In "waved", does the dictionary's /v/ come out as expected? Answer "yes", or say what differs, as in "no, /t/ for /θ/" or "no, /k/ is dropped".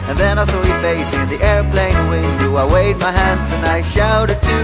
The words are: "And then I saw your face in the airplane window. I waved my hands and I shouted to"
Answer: no, /v/ is dropped